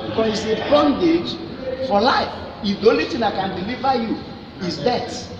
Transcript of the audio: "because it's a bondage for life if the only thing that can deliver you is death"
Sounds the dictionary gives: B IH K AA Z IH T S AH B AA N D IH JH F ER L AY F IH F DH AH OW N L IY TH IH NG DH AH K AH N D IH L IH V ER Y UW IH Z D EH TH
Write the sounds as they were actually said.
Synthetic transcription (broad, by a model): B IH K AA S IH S AH B AA N D IH JH F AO L AY F IH F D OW L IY T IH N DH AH K AH N D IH L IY V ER Y UW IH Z D EH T